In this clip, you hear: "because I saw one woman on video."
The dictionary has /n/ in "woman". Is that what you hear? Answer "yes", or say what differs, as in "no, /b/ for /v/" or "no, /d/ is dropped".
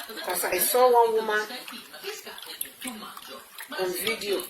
no, /n/ is dropped